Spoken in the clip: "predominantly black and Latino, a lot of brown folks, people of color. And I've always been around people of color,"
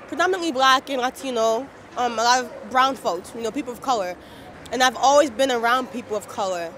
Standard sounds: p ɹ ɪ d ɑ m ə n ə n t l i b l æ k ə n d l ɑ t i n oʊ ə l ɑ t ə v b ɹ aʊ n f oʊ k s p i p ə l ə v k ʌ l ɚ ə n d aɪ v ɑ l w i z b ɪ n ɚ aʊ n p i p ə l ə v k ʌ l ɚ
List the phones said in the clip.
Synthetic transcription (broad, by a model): p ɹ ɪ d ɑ m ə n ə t l i b l æ k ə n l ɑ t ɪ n oʊ ə l ɑ t ə v b ɹ aʊ n f oʊ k s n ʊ p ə l ə v k ʌ l ɚ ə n aɪ v ɑ l w i z b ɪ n ɚ aʊ n p i p l ə v k ʌ l ɚ